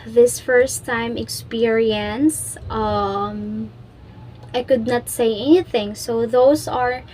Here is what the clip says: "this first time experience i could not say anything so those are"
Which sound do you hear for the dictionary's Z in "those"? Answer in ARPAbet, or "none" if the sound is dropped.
S